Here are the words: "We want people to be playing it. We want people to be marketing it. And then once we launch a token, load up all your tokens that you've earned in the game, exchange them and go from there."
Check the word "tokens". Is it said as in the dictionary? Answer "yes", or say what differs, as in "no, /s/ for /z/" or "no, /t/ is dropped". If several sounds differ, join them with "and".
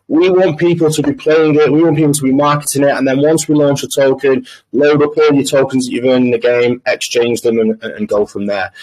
yes